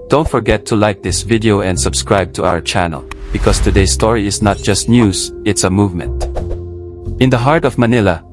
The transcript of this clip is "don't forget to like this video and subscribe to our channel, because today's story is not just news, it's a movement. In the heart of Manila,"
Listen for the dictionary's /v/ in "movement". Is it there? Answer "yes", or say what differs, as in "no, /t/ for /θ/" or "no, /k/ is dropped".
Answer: yes